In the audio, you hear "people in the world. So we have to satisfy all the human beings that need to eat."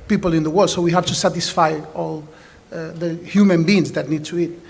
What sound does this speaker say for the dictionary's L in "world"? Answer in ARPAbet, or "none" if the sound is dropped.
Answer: none